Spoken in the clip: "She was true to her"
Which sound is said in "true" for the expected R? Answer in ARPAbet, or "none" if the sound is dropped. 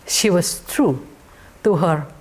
R